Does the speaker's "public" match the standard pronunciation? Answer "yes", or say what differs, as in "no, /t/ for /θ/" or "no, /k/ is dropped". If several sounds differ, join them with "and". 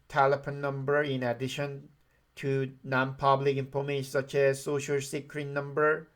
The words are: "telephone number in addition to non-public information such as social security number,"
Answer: yes